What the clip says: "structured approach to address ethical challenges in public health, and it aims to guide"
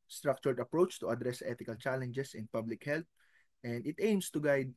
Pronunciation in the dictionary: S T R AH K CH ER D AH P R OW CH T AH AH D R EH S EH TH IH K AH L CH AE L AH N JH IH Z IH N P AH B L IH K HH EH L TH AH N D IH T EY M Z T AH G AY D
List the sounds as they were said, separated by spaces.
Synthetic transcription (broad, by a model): S T R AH K CH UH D AH P R OW CH T AH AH D R EH S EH T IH K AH L CH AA L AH N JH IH S IH N P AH B L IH K HH EH L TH AH N D IH T EY M S T AH G AY D